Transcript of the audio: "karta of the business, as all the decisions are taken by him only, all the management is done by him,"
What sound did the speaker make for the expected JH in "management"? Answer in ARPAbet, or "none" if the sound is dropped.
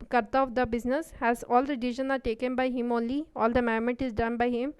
none